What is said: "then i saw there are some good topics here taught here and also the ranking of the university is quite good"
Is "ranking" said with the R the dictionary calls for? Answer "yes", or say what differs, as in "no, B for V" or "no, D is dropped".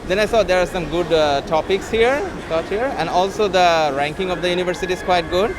yes